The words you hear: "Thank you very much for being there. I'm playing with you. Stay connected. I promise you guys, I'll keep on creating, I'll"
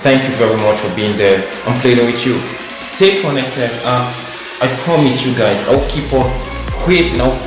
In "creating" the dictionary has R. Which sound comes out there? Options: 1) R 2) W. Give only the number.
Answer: 2